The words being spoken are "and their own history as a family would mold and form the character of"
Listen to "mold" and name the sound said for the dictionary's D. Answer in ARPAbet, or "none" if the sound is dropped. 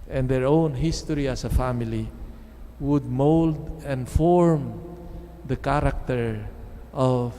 D